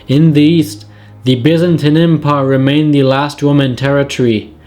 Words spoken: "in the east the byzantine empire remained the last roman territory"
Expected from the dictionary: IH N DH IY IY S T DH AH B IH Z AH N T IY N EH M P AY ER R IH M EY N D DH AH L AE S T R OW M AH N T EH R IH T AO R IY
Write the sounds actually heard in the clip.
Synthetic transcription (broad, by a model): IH N DH IY IY S T DH AH B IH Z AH N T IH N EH M P AY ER R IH M EY N DH AH L AE S T W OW M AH N T EH R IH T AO R IY